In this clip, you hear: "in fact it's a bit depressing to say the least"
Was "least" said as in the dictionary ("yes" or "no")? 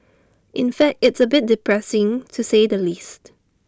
yes